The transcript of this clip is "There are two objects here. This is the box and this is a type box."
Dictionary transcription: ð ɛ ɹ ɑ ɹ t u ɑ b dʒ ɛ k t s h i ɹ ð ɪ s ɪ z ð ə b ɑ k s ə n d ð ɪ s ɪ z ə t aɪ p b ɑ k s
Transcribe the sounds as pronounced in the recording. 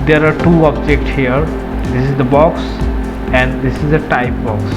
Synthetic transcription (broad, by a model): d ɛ ɹ ɑ ɹ t u ɑ b dʒ ɛ k t s h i ɹ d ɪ s ɪ z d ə b ɑ k s ə n d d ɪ s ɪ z ə t aɪ p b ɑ k s